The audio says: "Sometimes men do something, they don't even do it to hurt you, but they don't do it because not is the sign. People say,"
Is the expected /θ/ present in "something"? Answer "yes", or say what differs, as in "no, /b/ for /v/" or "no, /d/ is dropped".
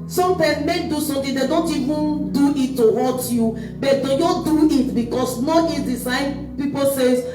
no, /t/ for /θ/